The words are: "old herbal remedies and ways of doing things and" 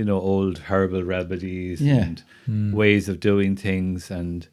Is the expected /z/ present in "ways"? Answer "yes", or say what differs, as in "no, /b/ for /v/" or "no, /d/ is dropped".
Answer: yes